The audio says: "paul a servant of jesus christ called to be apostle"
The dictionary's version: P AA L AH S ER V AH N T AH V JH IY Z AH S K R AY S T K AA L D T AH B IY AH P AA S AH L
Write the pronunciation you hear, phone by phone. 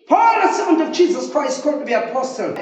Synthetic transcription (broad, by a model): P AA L AH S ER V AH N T AH V JH IY Z AH S K R AY S T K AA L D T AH B IY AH P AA S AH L